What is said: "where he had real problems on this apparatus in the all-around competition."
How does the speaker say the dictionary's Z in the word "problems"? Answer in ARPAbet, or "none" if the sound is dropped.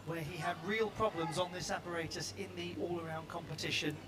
Z